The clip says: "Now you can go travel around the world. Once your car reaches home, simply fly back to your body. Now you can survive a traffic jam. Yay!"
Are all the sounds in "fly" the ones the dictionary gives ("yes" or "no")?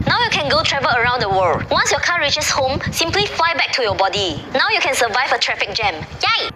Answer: yes